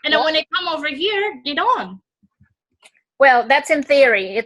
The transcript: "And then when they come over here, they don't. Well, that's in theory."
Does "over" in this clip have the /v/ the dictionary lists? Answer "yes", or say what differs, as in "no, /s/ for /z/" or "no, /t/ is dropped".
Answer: yes